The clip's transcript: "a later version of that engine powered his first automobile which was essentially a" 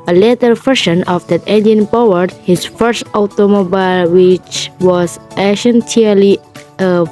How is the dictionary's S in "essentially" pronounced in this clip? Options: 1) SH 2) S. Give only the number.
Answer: 1